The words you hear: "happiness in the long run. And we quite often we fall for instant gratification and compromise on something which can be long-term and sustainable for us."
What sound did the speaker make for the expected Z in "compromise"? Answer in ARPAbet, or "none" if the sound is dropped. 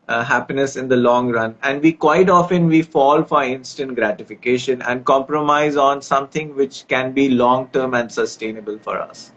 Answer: Z